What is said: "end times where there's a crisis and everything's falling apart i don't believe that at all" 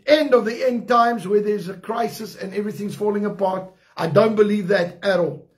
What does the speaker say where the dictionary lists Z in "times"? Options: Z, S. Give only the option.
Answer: Z